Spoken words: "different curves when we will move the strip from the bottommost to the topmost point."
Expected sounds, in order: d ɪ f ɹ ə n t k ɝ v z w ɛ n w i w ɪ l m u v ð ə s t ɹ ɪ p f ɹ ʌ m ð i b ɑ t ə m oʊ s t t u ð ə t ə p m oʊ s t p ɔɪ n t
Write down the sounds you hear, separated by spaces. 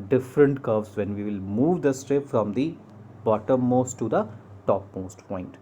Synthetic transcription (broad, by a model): d ɪ f ɹ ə n t k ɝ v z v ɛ n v i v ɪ l m u v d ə s t ɹ ɪ p f ɹ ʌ m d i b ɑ t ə m oʊ s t t u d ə t ə p m oʊ s t p ɔɪ n t